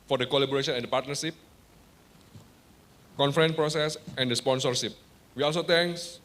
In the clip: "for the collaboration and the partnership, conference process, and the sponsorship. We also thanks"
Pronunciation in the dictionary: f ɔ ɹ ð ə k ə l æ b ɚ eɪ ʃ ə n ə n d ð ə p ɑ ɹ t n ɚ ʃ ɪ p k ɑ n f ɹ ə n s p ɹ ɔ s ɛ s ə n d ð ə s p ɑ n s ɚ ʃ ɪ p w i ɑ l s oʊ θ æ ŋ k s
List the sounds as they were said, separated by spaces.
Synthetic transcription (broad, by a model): f ɔ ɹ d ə k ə l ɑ b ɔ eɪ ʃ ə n ə n d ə p ɑ t n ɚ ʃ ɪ p k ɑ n f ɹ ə n p ɹ ɔ s ɛ s ə n d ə s p ɑ n s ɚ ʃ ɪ p w i ɑ l s oʊ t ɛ ŋ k s